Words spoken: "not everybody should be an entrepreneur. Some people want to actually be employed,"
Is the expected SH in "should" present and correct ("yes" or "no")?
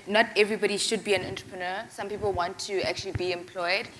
yes